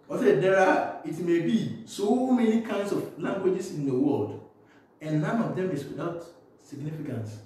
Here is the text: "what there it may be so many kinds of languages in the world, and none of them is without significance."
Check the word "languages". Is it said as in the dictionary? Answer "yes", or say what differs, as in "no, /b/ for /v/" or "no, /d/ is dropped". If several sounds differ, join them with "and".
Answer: no, /s/ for /z/